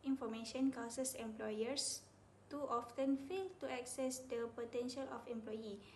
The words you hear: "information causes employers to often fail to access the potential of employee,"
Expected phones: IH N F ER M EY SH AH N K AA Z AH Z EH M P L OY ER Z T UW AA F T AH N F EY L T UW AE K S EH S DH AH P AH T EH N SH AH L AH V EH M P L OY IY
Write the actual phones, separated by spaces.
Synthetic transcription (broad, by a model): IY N F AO M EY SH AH N K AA S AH S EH M P L OY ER S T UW AA F T AH N F EY L T UW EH K S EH S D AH P AH T EH N SH AH L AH F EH M P L OY IY